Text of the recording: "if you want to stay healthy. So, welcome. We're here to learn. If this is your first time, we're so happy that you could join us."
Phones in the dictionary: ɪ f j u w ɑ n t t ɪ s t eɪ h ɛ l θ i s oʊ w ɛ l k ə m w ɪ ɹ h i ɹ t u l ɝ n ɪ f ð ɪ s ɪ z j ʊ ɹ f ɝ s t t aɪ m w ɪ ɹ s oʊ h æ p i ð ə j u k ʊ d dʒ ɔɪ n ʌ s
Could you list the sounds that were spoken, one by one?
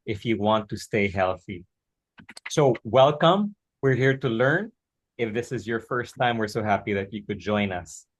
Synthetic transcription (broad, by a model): ɪ f j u w ɑ n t t ɪ s t eɪ h ɛ l θ i s oʊ w ɛ l k ə m w ɪ ɹ h i ɹ t u l ɝ n ɪ f ð ɪ s ɪ z j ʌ ɹ f ɝ s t t aɪ m w ɪ ɹ s oʊ h æ p i ð ə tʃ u k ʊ d dʒ ɔɪ n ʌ s